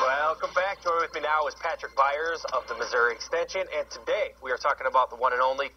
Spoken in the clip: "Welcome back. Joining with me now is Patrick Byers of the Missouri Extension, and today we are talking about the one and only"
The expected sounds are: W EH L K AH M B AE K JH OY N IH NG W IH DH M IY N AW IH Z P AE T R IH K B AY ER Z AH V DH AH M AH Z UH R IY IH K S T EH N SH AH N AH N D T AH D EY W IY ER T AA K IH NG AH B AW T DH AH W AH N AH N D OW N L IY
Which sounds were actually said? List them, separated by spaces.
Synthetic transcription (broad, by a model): W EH L K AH M B AE K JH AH IH W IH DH M IY N AW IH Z P AE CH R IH K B AY ER Z AH V DH AH M AH Z UH R IY IH K S T EH N SH AH N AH N T AH D EY W IY ER T AA K IH NG AH B AW T DH AH W AH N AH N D OW N L IY